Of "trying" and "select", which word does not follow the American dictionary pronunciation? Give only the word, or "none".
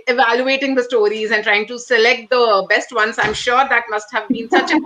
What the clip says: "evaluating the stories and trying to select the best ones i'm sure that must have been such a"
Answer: none